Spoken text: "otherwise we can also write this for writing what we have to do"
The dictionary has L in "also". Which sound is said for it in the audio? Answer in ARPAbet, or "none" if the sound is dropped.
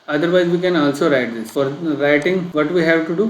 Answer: L